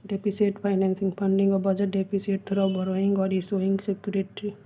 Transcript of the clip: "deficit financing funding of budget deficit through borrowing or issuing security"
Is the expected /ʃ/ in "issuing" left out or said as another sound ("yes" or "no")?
yes